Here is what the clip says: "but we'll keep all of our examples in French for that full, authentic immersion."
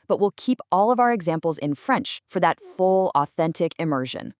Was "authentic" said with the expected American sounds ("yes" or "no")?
yes